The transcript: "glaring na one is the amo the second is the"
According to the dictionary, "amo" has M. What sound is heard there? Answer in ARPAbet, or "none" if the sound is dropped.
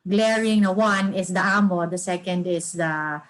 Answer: M